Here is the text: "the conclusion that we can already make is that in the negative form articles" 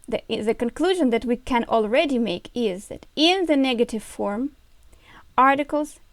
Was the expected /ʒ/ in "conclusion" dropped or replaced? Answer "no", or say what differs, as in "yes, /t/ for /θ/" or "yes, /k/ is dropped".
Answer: no